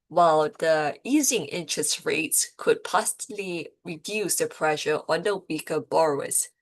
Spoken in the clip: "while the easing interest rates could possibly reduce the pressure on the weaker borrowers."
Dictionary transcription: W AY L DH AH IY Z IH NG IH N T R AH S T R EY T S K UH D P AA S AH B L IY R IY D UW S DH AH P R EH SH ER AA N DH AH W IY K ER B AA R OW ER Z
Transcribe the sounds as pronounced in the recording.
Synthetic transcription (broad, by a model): W AY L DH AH IY Z IH NG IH N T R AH S T R EY T S K UH D P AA S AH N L IY R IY D UW S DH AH P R EH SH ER AA N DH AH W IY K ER B AA R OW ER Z